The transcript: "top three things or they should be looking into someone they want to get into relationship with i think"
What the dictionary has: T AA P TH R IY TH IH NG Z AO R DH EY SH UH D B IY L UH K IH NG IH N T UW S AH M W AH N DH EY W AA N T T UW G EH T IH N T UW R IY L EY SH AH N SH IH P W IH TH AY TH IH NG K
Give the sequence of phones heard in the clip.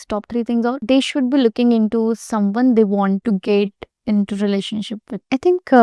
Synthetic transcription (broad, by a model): T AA P T R IY T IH NG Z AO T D EY SH UH D B IY L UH K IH NG IH N T UW S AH M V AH N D EY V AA N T T UW G EH T IH N T UW R IY L EY SH AH N SH IH P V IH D AY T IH NG K